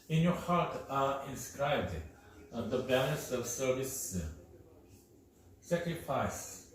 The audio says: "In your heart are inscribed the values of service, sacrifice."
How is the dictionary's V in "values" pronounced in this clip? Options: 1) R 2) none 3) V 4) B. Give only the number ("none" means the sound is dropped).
4